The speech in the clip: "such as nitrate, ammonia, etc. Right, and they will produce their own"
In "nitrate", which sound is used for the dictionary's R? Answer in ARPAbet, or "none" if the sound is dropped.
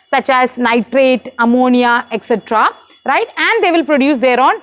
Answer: R